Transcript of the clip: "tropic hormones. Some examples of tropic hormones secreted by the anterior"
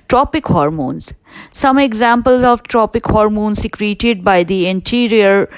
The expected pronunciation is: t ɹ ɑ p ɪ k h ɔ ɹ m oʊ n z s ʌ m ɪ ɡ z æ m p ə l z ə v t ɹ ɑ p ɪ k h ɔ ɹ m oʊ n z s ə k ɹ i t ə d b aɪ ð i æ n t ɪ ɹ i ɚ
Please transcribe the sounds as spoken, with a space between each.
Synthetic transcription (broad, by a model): t ɹ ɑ p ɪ k h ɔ ɹ m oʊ n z s ʌ m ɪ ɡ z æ m p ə l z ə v t ɹ ɑ p ɪ k h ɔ ɹ m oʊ n s ə k ɹ i t ə d b aɪ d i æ n t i ɹ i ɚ